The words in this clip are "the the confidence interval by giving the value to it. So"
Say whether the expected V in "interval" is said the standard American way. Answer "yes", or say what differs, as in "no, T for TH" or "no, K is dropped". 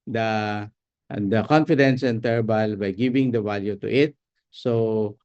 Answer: no, B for V